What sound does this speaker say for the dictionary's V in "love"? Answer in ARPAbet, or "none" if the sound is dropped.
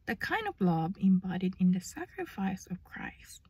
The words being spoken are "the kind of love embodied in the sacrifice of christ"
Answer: B